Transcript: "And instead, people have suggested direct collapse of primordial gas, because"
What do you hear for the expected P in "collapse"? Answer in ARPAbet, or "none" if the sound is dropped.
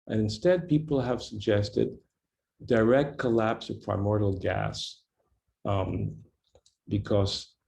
P